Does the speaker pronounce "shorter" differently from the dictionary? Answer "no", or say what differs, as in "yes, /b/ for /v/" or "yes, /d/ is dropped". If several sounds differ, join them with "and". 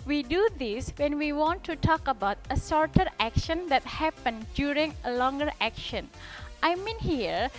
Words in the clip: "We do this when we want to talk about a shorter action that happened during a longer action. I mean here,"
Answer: yes, /s/ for /ʃ/